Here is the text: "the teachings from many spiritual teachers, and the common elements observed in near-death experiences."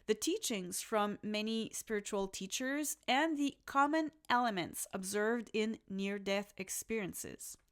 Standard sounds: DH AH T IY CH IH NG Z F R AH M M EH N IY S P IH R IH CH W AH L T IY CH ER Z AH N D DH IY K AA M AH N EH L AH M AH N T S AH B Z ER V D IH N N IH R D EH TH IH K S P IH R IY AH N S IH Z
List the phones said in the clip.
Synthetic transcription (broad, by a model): DH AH T IY CH IH NG Z F R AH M M EH N IY S P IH R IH CH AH L T IY CH ER Z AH N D DH IY K AA M AH N EH L AH M AH N T S AH B Z ER V D IH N N IH R D EH TH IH K S P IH R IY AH N S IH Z